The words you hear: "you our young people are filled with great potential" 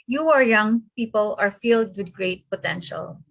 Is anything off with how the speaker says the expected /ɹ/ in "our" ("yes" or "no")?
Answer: no